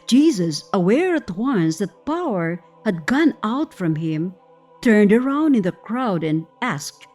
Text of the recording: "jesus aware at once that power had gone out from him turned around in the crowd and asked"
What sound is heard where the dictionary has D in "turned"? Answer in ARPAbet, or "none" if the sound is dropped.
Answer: D